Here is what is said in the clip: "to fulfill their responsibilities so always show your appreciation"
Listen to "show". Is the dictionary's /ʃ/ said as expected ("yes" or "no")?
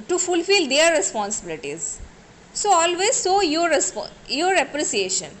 no